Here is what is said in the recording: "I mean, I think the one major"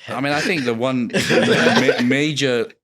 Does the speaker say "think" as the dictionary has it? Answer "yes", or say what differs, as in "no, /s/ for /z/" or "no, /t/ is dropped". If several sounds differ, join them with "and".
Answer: yes